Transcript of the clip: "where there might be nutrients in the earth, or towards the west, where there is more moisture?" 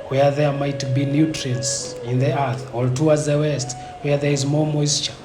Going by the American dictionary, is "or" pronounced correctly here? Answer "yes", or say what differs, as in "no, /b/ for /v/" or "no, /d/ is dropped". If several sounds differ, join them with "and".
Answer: no, /l/ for /ɹ/